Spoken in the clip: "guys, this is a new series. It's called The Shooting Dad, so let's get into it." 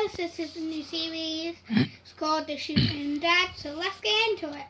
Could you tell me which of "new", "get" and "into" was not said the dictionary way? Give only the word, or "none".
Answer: get